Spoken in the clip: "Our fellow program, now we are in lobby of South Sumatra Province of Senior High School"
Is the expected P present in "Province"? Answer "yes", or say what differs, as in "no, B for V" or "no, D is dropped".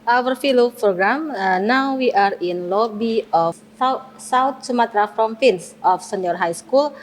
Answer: no, F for P